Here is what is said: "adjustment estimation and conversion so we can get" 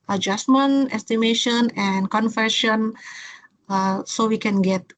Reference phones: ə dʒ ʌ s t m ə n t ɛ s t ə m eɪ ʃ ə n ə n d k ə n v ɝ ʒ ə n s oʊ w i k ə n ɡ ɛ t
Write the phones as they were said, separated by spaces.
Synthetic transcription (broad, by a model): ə dʒ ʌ s m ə n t ɛ s t ə m eɪ ʃ ə n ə n k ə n f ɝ ʃ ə n s oʊ w i k ə n ɡ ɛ t